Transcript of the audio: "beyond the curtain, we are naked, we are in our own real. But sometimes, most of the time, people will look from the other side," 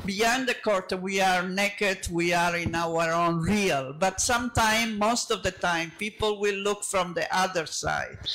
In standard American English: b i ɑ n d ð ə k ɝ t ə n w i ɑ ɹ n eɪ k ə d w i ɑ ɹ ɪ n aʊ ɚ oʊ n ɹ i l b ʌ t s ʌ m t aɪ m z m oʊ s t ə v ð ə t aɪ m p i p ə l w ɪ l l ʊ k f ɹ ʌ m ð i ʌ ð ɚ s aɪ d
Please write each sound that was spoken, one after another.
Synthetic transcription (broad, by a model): b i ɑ n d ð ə k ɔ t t w i ɑ ɹ n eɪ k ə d w i ɑ ɹ ɪ n aʊ ɚ oʊ n ɹ i l b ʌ t s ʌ m t aɪ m m oʊ s t ə v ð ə t aɪ m p i p ə l w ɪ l l ʊ k f ɹ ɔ m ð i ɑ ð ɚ s aɪ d